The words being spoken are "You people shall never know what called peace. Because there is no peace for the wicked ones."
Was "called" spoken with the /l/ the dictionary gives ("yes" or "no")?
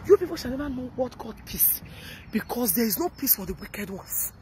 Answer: no